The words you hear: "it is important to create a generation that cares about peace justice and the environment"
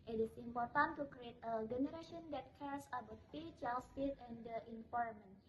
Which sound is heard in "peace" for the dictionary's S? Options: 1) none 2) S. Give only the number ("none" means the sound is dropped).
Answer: 1